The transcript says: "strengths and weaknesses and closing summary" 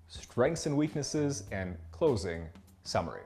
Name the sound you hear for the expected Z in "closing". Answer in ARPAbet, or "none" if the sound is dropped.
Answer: Z